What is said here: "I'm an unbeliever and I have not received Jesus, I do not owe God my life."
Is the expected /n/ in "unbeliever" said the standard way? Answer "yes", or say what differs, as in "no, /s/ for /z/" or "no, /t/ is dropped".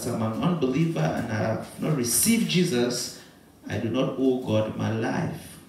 yes